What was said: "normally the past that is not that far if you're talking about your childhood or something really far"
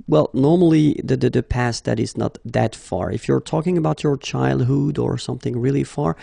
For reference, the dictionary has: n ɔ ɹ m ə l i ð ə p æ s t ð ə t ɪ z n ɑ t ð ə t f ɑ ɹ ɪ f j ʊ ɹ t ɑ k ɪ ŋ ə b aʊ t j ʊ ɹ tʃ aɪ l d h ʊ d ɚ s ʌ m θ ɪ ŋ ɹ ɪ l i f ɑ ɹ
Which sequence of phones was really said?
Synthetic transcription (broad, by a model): n ɔ ɹ m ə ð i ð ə p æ s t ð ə t ɪ z n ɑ t ð ə t f ɑ ɹ ɪ f j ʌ ɹ t ɑ k ɪ ŋ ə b aʊ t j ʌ ɹ tʃ aɪ l d h ʊ d ɚ s ʌ m θ ɪ ŋ ɹ ɪ l i f ɑ ɹ